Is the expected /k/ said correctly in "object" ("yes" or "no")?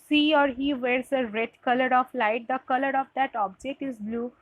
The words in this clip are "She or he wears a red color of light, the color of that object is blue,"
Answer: yes